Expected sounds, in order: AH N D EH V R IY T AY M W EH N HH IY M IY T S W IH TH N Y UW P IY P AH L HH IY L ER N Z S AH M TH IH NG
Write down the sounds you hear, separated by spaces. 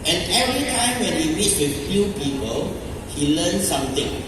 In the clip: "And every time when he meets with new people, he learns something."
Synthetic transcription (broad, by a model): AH N EH V R IY T AY M W EH N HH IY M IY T W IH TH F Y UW P IY P AH L HH IY L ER N S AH M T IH NG